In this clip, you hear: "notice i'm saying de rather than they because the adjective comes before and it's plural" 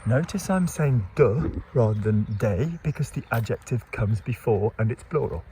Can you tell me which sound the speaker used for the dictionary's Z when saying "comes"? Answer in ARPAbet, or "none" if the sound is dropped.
Z